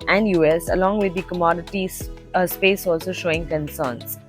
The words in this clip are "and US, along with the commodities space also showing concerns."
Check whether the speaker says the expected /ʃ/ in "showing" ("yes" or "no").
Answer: yes